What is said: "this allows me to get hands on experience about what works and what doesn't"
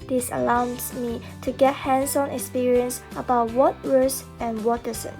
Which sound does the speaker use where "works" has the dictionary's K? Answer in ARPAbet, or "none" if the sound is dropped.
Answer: none